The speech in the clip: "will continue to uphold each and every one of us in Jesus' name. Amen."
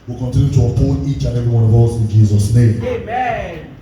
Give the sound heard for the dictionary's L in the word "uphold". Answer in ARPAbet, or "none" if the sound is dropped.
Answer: none